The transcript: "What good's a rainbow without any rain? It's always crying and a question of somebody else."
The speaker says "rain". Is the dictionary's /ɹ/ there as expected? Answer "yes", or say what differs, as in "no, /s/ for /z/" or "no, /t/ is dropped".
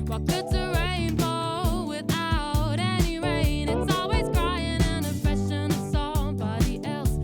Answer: no, /w/ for /ɹ/